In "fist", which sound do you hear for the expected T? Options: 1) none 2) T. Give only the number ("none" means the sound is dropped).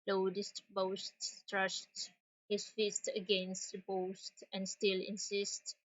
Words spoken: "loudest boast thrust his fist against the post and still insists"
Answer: 2